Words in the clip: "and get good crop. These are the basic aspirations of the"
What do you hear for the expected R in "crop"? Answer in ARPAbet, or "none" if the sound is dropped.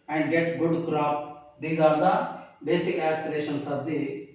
R